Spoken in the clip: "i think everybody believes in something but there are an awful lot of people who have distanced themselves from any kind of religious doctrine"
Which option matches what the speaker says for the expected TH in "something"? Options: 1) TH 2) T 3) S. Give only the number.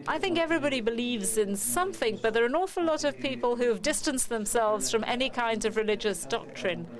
1